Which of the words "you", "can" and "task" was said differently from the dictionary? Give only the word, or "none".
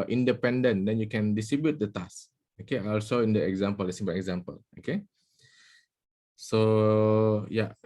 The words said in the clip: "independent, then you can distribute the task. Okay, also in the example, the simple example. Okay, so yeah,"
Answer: task